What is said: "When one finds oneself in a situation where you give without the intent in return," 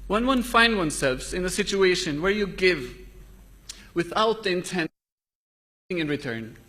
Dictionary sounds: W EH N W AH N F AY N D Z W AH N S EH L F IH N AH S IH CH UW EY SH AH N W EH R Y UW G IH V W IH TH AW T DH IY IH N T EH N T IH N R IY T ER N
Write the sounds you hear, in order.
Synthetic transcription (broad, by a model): W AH N W AH N F AY N D W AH N S EH L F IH N AH S IH CH UW EY SH AH N W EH R Y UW G IH V W IH TH AW T DH IY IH N T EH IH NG IH N R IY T ER N